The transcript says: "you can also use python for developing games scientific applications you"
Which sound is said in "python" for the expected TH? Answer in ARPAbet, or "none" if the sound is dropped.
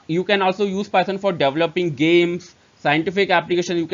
S